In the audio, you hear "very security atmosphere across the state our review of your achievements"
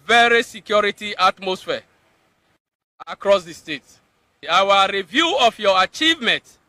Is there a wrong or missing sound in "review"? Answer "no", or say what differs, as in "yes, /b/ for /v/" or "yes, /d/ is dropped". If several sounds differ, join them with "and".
no